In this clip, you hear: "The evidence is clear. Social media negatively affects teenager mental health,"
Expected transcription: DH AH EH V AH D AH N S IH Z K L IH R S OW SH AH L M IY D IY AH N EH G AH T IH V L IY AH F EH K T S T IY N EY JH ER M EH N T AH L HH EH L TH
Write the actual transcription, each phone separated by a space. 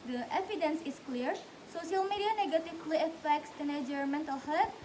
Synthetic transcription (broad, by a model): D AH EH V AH D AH N S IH S K L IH R S OW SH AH L M IY D IY AH N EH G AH T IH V L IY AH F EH K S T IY N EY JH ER M EH N T AH L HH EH